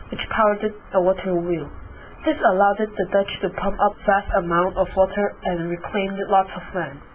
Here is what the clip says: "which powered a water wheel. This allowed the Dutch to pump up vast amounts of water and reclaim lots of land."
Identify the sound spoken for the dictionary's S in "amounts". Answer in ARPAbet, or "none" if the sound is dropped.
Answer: none